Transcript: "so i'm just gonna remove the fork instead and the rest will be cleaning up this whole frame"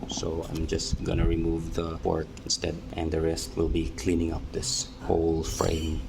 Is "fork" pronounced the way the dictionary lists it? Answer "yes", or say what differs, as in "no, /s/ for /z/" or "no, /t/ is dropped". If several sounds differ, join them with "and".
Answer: no, /p/ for /f/